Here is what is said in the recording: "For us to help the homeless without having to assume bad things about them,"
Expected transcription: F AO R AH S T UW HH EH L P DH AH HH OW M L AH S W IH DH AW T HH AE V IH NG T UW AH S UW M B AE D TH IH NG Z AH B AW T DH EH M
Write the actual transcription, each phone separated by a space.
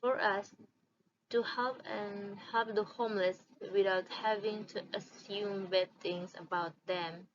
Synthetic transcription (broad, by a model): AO R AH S T UW HH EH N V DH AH HH OW M L AH S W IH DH AW T HH AE V IH NG T UW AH S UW M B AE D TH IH NG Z AH B AW T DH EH M